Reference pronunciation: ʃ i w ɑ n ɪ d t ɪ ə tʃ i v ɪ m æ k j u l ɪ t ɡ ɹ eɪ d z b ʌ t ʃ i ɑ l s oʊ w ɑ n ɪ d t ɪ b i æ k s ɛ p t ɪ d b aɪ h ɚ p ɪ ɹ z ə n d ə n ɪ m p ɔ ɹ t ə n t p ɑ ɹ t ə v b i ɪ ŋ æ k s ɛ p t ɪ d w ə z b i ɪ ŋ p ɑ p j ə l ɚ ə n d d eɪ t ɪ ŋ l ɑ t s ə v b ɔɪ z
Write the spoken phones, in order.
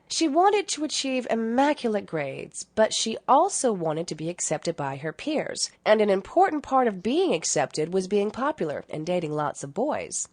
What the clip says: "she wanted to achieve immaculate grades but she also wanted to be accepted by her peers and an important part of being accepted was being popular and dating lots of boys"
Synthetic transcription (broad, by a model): ʃ i w ɑ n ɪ d t ɪ ə tʃ i v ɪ m æ k j l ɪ t ɡ ɹ eɪ d z b ʌ t ʃ i ɑ l s oʊ w ɑ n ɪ d t ɪ b i æ k s ɛ p t ɪ d b aɪ ɚ p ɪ ɹ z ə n ə n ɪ m p ɔ ɹ t n p ɑ ɹ t ə v b i ɪ ŋ æ k s ɛ p t ɪ d w ə z b i ɪ ŋ p ɑ p j l ɚ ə n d d eɪ t ɪ ŋ l ɑ t s ə v b ɔɪ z